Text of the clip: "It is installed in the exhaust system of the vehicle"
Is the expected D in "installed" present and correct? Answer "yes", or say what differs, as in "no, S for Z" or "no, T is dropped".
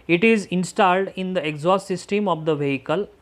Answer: yes